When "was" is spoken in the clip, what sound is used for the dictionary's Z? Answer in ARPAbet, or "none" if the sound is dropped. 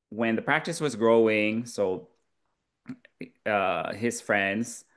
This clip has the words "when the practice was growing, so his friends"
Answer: Z